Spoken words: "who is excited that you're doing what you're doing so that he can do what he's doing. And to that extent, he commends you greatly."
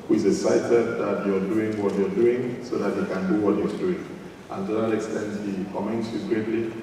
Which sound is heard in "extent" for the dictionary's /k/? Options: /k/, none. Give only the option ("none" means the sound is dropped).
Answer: /k/